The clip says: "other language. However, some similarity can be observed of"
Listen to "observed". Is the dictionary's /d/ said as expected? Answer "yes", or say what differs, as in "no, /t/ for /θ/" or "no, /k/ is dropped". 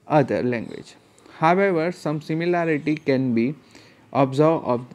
no, /d/ is dropped